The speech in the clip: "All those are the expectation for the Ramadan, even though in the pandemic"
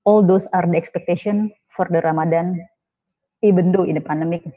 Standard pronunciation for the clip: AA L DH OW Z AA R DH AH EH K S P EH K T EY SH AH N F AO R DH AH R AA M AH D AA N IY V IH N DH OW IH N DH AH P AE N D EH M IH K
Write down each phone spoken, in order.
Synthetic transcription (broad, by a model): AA L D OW S AA R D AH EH K S P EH K T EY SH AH N F AO R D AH R AA M AH D AA N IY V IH N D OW IH N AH P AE N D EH M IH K